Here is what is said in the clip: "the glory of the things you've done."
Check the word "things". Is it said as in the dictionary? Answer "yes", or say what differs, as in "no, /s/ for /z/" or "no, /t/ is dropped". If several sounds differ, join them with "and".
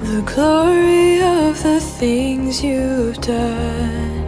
yes